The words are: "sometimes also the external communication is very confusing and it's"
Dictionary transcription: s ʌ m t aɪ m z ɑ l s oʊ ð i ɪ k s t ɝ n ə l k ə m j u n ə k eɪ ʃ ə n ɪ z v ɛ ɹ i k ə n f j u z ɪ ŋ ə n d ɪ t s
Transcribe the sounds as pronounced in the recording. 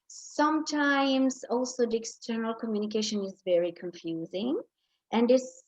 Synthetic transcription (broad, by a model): s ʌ m t aɪ m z ɑ l s oʊ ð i ɪ k s t ɝ n ə l k ə m j u n ə k eɪ ʃ ə n ɪ z v ɛ ɹ i k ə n f j u z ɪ ŋ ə n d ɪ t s